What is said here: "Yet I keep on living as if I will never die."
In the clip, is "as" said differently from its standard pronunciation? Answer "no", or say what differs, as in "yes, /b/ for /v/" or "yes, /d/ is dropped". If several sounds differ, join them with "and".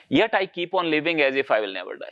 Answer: no